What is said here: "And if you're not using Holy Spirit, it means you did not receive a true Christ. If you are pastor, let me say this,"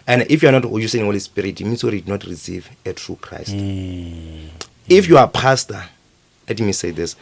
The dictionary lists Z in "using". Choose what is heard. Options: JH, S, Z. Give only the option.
S